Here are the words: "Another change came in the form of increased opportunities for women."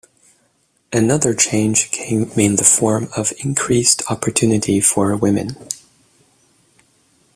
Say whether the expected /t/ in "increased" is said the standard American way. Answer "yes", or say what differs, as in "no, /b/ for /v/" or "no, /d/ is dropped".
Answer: yes